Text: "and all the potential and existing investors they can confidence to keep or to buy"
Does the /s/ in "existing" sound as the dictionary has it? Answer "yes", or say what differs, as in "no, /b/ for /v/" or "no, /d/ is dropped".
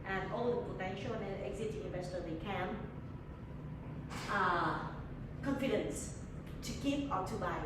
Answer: no, /s/ is dropped